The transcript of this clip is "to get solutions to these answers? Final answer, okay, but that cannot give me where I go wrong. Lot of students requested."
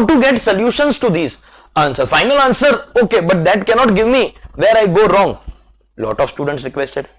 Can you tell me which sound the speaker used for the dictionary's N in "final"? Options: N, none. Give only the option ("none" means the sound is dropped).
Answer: N